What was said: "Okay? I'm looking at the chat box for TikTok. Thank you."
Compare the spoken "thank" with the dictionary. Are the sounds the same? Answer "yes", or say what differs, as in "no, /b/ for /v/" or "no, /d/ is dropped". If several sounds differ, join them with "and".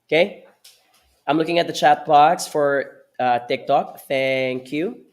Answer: yes